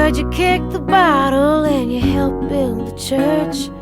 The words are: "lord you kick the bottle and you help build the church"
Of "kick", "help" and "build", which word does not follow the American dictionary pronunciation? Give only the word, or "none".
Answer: none